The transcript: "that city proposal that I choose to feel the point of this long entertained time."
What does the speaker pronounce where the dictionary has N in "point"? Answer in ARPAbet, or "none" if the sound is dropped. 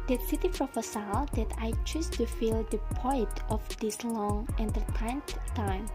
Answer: none